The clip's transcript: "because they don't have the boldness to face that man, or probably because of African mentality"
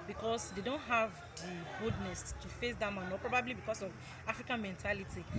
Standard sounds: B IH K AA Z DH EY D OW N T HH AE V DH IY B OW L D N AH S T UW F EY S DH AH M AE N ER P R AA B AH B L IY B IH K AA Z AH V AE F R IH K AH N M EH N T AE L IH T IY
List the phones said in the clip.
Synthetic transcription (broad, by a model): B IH K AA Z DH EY D OW N T HH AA V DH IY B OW D N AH S T UW F EY S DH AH M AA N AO P R AA B AH B L IY B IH K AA S AH V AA F R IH K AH N M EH N T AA L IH T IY